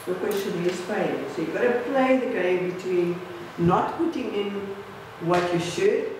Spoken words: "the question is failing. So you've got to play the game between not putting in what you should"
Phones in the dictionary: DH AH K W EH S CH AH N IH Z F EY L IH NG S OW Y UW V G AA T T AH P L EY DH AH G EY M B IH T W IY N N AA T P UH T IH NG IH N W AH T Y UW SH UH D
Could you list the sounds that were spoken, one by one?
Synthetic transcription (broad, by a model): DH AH K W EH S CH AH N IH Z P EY IH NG S OW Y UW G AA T T AH P L EY DH AH G EY M B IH T W IY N N AA T P UH T IH NG IH N W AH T Y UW SH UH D